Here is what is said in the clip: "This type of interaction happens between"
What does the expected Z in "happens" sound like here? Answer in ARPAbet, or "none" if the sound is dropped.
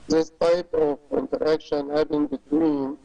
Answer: none